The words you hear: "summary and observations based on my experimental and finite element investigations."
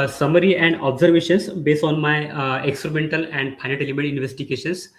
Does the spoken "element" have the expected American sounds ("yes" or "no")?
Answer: no